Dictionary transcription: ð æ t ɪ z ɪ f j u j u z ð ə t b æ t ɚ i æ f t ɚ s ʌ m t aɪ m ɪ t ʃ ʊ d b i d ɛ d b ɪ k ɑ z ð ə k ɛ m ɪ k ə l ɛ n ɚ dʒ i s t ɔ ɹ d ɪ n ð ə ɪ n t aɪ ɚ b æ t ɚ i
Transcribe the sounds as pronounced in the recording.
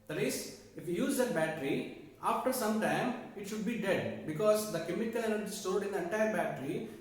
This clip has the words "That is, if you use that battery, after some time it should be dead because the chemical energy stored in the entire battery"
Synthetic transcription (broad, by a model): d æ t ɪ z ɪ f j u j u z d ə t b æ t ɚ i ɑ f t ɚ s ʌ m t aɪ m ɪ t ʃ ʊ d b i d ɛ d b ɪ k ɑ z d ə k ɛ m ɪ k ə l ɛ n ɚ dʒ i s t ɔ l d ɪ n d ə ɪ n t aɪ ɚ b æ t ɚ i